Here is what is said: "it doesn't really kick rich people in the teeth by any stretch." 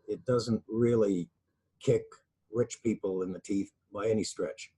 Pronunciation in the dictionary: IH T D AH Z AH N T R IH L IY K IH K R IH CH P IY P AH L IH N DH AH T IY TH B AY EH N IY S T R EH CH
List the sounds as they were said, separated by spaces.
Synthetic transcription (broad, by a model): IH T D AH Z AH N T R IH L IY K IH K R IH CH P IY P L IH N DH AH T IY TH B AY EH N IY S T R EH CH